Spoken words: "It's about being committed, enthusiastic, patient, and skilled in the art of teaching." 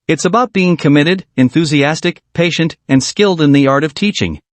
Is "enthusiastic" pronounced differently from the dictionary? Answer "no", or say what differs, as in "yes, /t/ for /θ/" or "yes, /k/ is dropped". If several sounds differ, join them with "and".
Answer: no